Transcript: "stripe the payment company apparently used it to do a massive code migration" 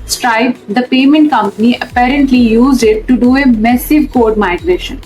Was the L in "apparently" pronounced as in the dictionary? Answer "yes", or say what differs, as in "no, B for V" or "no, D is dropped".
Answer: yes